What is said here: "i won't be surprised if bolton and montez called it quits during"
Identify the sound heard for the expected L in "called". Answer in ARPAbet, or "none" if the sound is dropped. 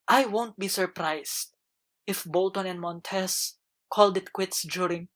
L